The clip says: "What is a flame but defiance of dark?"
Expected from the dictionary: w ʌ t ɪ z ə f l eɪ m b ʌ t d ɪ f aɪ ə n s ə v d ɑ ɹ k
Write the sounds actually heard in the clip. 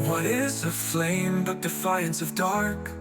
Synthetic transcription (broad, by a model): w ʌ t ɪ z ə f l eɪ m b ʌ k d ɪ f aɪ ə n s ə v d ɑ ɹ k